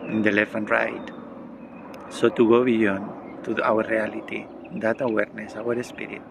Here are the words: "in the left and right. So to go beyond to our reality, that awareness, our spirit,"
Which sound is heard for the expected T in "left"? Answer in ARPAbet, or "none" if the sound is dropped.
none